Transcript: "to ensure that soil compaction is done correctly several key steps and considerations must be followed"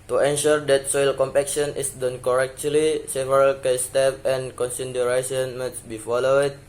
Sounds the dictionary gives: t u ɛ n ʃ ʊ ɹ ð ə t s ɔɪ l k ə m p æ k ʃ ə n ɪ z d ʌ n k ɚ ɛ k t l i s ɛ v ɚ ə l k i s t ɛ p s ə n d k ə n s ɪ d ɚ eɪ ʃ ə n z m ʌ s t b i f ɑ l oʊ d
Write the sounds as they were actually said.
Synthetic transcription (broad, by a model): t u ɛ n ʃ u ɹ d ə t s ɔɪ l k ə m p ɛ k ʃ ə n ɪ s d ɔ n k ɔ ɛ k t l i s ɛ v ɚ ə l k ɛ s t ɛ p ə n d k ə n s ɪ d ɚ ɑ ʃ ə n m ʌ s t b i f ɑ l oʊ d